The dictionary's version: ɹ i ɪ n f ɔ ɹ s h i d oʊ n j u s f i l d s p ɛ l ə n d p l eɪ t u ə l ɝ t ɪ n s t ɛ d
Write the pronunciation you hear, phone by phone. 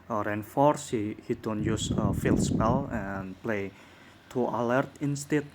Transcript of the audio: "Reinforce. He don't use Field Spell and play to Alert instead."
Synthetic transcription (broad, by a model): ɹ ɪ n f ɔ ɹ s h i d oʊ n j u s f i l s p ɛ l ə n p l eɪ t u ə l ɝ t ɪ n s t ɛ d